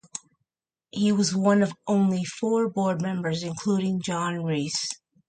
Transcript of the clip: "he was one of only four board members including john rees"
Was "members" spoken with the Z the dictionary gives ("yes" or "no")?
yes